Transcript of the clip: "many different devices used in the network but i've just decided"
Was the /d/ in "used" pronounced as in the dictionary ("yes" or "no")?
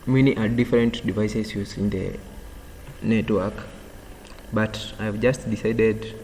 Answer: no